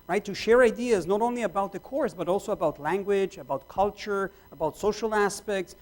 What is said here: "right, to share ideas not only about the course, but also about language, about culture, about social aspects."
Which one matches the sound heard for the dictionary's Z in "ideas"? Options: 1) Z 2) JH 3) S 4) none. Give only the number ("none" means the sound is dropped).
1